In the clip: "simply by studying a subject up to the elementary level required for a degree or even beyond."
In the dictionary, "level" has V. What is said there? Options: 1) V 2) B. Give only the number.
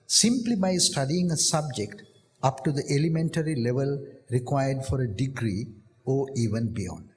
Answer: 1